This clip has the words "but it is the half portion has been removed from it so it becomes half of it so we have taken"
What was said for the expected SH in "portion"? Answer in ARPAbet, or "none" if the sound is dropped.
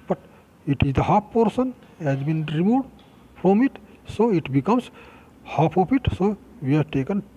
S